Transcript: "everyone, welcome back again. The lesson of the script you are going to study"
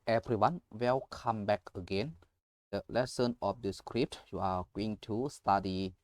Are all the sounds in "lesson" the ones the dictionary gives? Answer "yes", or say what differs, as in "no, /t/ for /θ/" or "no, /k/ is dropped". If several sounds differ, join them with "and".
yes